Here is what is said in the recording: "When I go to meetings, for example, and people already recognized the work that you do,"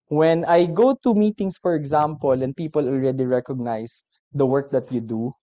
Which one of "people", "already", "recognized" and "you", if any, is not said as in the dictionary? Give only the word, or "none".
recognized